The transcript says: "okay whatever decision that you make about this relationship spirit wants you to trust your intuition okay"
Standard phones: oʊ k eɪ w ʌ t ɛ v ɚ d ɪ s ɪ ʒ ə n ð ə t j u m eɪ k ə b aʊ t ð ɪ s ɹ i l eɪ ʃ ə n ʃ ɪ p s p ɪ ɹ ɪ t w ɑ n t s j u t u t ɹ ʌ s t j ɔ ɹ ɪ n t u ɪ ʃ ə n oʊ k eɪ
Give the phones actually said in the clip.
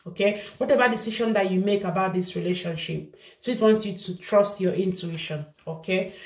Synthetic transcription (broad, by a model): oʊ k eɪ w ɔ t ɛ v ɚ d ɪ s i ʃ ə n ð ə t j u m eɪ k ə b aʊ t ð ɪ s ɹ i l eɪ ʃ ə n ʃ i p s ɔ ɪ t w ɑ n t s j u t u t ɹ ʌ s t j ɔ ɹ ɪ n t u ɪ ʃ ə n oʊ k eɪ